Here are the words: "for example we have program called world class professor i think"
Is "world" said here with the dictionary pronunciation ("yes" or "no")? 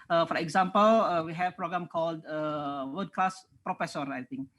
no